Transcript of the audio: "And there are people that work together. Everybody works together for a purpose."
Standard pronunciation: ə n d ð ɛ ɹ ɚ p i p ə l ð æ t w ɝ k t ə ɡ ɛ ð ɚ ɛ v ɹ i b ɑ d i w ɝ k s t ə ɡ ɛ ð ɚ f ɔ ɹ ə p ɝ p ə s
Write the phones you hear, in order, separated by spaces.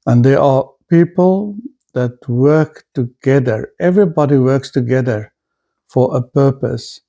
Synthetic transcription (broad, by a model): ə n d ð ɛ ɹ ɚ p i p ə l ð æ t w ɝ k t ə ɡ ɛ ð ɚ ɛ v ɹ i b ɑ d i w ɝ k s t ə ɡ ɛ ð ɚ f ɔ ɹ ə p ɝ p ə s